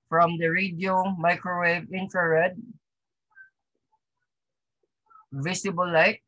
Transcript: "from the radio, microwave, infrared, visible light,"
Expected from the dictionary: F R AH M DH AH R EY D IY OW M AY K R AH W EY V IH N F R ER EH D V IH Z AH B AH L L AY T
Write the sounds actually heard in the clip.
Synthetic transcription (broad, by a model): F R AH M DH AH R EY D IY OW M AY K R AH W EY V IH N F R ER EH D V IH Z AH B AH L L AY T